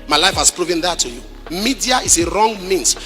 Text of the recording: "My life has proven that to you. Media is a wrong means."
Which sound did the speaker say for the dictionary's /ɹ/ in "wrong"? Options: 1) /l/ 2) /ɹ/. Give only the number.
2